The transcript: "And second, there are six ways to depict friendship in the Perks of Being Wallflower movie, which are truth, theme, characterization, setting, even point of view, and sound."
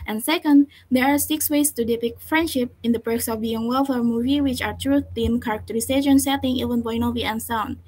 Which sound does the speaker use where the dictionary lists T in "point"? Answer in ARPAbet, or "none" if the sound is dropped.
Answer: none